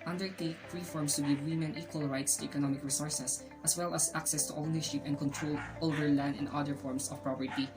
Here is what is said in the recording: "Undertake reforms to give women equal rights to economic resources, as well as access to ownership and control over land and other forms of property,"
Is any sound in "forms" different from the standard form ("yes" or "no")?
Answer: yes